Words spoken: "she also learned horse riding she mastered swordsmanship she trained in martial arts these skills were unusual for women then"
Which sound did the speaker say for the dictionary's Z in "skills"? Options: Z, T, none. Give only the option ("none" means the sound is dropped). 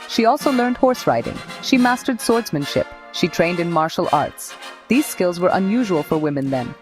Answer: Z